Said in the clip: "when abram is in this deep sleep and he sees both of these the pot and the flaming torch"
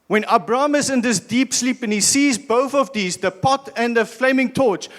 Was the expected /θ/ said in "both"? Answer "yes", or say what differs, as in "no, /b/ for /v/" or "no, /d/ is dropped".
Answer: yes